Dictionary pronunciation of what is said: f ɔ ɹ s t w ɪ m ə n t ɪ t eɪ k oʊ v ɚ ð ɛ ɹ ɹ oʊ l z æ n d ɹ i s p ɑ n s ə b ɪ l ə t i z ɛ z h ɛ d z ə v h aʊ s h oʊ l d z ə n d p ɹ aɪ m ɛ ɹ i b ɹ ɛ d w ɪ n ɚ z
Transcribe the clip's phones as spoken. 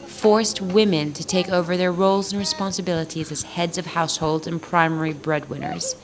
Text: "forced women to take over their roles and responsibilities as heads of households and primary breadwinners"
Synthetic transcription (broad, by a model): f ɔ ɹ s t w ɪ m ə n t ɪ t eɪ k oʊ v ɚ ð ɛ ɹ ɹ oʊ l z n ɹ i s p ɑ n s ə b ɪ l ə t i z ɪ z h ɛ d z ə v h aʊ s h oʊ l d z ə n p ɹ aɪ m ɛ ɹ i b ɹ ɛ d w ɪ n ɚ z